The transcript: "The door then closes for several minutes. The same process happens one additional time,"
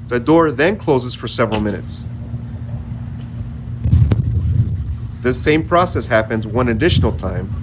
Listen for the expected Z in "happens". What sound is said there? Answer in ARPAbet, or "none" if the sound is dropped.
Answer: Z